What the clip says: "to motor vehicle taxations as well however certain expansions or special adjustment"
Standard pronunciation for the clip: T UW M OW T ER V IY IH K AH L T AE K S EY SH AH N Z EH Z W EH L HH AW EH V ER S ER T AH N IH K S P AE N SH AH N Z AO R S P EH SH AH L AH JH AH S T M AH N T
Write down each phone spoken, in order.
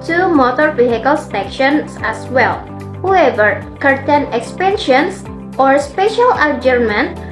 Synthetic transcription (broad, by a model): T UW M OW T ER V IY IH K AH L S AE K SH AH N S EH S W EH L HH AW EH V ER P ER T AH N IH K S P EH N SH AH N S AO R S P EH SH AH L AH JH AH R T M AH N